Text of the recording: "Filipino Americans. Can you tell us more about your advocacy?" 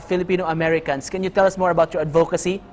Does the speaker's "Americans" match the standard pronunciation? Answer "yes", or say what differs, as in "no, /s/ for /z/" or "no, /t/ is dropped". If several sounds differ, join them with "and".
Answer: no, /s/ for /z/